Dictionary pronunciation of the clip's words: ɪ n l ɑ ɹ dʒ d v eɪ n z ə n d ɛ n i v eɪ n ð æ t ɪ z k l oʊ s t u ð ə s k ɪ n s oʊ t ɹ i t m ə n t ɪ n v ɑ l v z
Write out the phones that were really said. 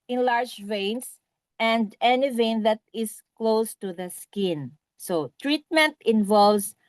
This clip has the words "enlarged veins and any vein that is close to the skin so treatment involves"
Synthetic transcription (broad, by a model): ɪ n l ɑ ɹ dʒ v eɪ n s ə n d ɛ n i v eɪ n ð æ t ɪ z k l oʊ s t u ð ə s k ɪ n s oʊ t ɹ i t m ə n t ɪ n v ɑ l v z